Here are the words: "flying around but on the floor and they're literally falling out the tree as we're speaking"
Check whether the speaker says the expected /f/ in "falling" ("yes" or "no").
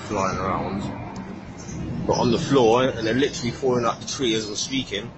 no